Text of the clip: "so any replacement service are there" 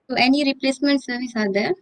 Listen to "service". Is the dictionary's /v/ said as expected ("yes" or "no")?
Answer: yes